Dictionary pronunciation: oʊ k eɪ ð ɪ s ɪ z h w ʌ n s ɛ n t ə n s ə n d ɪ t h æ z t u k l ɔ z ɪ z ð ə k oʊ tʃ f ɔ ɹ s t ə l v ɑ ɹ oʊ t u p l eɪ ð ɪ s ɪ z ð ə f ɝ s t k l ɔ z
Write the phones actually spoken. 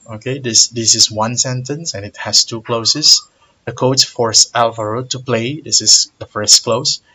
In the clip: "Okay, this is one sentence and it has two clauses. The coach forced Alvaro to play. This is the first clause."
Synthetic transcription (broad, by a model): oʊ k eɪ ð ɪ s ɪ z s w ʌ n s ɛ n t ə n s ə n ɪ t h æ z t u k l ɔ s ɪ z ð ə k oʊ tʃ f ɔ ɹ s ə l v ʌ ɹ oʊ t u p l eɪ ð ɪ s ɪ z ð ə f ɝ s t k l ɔ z